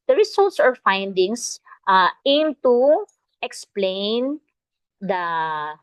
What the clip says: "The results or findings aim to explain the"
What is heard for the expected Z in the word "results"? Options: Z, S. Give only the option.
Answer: S